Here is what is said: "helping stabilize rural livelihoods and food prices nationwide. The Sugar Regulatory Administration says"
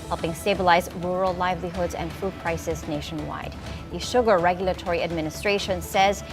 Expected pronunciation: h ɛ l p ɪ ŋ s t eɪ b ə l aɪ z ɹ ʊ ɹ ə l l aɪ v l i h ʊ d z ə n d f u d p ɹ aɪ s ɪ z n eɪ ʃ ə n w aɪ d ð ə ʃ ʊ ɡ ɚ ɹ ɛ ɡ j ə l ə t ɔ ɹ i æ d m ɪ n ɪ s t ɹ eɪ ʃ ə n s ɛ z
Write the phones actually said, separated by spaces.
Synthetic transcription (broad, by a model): h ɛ l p ɪ ŋ s t eɪ b ə l aɪ z ɹ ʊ ɹ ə l l aɪ v l i h ʊ d z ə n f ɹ u d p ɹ aɪ s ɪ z n eɪ ʃ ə n w aɪ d ð ə ʃ ʊ ɡ ɚ ɹ ɛ ɡ j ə l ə t ɔ ɹ i æ d m ɪ n ɪ s t ɹ eɪ ʃ ə n s ɛ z